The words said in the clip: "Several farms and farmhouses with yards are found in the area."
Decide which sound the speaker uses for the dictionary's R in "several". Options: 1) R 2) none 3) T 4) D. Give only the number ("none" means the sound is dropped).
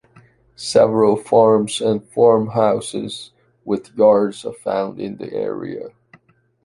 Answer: 1